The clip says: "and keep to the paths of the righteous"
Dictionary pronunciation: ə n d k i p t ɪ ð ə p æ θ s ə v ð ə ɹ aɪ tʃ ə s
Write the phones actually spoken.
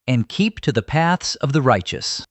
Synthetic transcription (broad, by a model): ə n k i p t ɪ ð ə p æ θ s ə v ð ə ɹ aɪ tʃ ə s